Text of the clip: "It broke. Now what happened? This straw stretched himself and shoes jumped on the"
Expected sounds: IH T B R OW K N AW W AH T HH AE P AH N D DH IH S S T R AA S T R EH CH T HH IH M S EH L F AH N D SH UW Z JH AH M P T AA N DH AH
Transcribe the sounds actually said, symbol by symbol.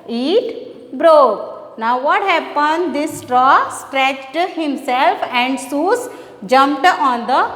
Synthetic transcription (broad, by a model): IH T B R OW K N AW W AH T HH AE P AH N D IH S S T R AA S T R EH CH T HH IH M S EH L F AH N D S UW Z JH AH M P T AA N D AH